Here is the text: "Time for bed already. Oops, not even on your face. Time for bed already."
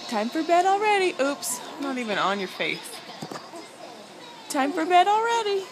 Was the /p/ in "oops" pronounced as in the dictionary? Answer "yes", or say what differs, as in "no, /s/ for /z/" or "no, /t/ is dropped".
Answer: yes